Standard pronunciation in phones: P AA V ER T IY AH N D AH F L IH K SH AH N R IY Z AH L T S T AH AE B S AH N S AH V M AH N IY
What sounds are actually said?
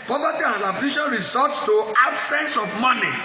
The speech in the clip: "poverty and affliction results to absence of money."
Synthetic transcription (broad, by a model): P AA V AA T IY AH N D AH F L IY SH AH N R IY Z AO T S T AH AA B S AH N S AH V M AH N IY